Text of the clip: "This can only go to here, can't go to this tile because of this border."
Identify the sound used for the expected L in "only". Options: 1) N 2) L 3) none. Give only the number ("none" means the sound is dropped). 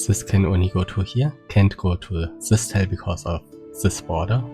3